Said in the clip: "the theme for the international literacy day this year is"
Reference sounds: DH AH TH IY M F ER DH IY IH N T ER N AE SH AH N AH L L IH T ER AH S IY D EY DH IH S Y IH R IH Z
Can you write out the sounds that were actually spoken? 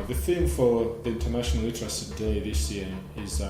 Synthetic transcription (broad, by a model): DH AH TH IY M F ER DH IY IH N T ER N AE SH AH N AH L L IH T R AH S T D EY DH IH S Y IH R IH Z